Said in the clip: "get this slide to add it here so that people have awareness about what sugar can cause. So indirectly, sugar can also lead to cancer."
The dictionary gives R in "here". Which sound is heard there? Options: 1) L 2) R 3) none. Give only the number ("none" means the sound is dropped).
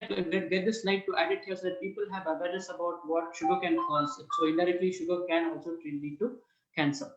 1